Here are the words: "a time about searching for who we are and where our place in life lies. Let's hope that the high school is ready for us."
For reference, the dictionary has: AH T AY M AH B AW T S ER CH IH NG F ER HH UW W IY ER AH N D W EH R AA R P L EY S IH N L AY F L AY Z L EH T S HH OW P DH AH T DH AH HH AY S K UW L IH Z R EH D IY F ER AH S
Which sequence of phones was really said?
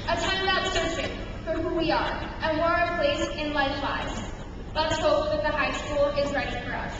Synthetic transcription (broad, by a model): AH T AY M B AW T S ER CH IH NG F ER HH UW W IY ER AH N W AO R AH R P L EY S IH N L AY F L AY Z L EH T S HH OW P DH AH T DH AH HH AY S K UW L IH Z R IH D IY F ER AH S